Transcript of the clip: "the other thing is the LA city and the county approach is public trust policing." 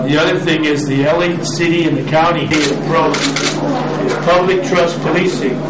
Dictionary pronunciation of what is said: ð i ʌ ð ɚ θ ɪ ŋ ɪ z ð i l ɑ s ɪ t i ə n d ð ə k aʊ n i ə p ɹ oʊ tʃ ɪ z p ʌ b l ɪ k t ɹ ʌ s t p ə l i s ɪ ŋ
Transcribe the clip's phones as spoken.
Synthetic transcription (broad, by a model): ð i ʌ ð ɚ θ ɪ ŋ ɪ z ð i l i s ɪ t i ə n ð ə k aʊ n i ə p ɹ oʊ ɪ z p ʌ b l ɪ k t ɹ ʌ s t p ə l i s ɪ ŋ